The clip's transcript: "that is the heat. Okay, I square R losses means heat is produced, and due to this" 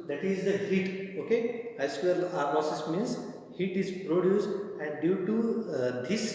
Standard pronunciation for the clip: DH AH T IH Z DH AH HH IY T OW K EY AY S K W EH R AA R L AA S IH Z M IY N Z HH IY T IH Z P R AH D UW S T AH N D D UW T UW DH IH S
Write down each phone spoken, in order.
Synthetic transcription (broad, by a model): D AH T IH Z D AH HH IY T OW K EY AY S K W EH L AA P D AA S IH S M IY N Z HH IY T IH Z P R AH D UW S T AH N D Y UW T UW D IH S